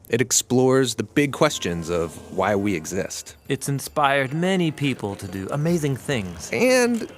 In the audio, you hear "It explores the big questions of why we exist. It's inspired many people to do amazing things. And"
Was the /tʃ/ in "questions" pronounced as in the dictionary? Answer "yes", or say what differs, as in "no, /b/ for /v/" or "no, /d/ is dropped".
yes